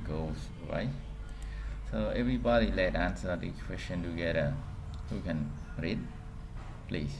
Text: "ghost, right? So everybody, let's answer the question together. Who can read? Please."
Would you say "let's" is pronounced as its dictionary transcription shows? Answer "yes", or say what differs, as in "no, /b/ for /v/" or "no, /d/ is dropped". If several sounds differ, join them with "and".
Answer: no, /s/ is dropped